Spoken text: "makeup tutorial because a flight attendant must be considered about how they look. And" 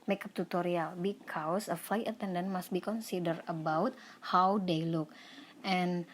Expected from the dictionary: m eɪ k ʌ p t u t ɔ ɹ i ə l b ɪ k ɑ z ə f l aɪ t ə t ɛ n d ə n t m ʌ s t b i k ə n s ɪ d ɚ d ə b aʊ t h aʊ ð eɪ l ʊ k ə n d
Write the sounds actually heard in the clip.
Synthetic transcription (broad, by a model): m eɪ k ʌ p t u t ɔ ɹ i ə l b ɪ k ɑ s ə f l aɪ t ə t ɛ n d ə n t m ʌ s t b i k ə n s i d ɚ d ə b aʊ t h aʊ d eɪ l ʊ k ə n